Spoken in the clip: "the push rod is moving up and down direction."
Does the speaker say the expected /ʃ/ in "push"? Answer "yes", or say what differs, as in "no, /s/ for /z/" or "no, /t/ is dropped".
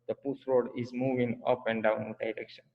no, /s/ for /ʃ/